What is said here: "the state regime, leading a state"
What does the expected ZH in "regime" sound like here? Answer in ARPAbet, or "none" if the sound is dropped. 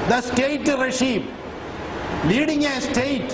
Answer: SH